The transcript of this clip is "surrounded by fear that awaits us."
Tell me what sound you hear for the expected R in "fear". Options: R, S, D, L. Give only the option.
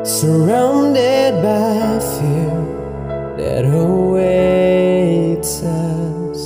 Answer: L